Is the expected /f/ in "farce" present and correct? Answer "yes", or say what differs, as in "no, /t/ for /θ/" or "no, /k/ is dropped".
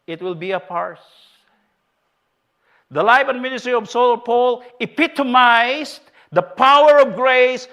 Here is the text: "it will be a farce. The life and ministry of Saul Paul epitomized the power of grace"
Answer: no, /p/ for /f/